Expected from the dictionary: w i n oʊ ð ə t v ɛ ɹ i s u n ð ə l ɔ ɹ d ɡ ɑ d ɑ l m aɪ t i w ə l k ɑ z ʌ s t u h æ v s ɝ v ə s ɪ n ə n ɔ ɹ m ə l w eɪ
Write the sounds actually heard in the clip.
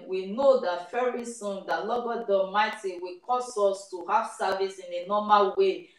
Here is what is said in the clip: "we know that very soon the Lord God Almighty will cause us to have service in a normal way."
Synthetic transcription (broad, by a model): w i n oʊ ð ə t f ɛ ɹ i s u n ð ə l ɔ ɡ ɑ d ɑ m aɪ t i w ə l k ɑ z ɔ s t u h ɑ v s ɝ v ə s ɪ n ə n ɔ m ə l w eɪ